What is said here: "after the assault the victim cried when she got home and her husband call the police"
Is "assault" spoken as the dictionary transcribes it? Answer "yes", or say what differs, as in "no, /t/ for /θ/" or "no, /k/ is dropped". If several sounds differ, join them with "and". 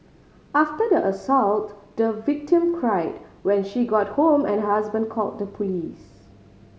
yes